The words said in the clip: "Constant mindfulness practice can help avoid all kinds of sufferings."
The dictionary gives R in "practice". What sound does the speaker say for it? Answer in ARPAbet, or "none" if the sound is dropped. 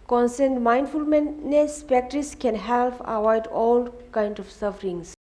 none